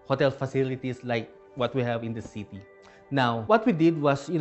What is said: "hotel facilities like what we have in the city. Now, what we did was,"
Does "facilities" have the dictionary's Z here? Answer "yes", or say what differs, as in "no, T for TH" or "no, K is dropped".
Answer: no, S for Z